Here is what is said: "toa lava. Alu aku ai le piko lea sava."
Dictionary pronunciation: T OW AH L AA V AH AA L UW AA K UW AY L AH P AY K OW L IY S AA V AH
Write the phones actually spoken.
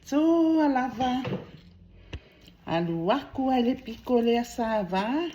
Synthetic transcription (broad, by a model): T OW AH L AA V AH AA L UW AA K UW AY L AH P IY K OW L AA S AA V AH